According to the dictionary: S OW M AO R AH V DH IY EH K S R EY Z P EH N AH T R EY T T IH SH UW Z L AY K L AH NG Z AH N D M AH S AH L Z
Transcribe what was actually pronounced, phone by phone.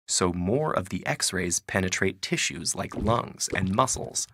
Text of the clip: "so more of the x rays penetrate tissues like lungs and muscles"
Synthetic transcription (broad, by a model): S OW M AO R AH V DH IY EH K S R EY Z P EH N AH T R EY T T IH SH UW Z L AY K L AH NG Z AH N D M AH S L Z